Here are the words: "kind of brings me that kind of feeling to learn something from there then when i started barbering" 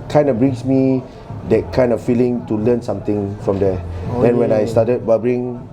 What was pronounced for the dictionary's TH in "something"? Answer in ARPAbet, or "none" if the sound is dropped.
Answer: T